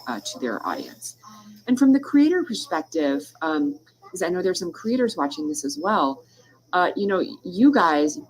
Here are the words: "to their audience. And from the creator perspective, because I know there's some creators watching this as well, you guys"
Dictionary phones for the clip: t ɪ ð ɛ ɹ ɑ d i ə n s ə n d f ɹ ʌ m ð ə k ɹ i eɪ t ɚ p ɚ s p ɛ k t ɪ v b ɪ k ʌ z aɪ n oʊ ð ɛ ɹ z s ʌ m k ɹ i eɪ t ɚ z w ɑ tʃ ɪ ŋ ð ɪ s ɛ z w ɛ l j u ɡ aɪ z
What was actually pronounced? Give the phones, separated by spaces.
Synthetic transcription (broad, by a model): t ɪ ð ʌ ɹ ɑ d i ə n s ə n f ɹ ʌ m ð ə k ɹ i eɪ t ɚ p ɚ s p ɛ k t ɪ v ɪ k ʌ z aɪ n oʊ ð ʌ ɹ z s ʌ m k ɹ i eɪ t ɚ z w ɑ tʃ ɪ ŋ ð ɪ s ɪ z w ɛ l j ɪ ɡ aɪ z